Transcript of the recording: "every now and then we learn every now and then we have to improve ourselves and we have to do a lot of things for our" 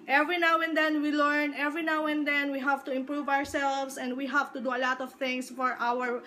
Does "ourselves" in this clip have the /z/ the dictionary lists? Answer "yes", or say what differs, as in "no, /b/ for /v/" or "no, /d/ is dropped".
no, /s/ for /z/